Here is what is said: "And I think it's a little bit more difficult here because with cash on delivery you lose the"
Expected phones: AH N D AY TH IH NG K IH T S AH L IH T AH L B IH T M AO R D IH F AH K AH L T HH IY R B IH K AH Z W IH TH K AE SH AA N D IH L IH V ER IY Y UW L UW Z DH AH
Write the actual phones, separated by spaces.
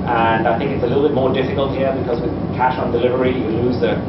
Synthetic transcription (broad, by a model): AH N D AY TH IH NG K IH T S AH L IH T L B IH T M AO R D IH F AH K AH L T HH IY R B IH K AH Z W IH K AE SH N D IH L IH V ER IY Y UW L UW Z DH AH